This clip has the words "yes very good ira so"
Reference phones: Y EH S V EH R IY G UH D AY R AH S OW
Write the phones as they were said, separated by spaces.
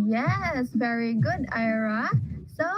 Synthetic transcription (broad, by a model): Y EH S V EH R IY G UH D AY R AH S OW